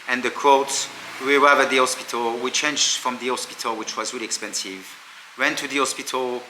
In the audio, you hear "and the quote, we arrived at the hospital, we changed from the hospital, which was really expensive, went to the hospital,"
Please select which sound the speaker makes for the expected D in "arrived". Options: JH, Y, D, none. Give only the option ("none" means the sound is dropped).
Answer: none